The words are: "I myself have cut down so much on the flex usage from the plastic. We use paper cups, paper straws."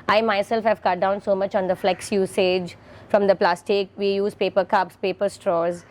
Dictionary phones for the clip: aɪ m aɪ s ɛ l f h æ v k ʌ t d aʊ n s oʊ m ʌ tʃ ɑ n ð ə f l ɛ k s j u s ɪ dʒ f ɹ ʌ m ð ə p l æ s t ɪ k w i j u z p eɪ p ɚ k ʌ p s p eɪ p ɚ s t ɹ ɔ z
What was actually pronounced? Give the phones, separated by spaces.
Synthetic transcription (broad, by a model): aɪ m aɪ s ɛ l f h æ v k ʌ t d aʊ n s oʊ m ʌ tʃ ɑ n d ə f l ɛ k s j u s ɪ dʒ f ɹ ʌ m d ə p l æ s t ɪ k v i j u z p eɪ p ɚ k ʌ p s p eɪ p ɚ s t ɹ ɔ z